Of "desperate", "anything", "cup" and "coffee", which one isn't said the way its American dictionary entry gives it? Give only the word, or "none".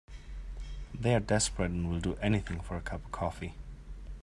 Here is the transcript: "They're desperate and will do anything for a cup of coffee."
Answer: none